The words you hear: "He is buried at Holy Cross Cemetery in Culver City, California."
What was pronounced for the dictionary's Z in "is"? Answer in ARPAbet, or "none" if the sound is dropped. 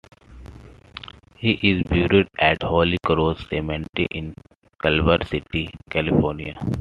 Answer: Z